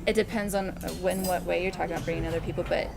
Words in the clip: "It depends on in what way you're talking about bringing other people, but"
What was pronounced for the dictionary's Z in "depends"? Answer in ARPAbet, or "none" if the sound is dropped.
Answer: Z